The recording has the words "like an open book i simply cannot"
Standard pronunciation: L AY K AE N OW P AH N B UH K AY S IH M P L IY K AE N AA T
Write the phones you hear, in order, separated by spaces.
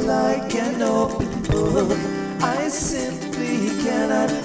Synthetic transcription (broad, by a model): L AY K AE N OW P AH N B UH AY S IH M P L IY K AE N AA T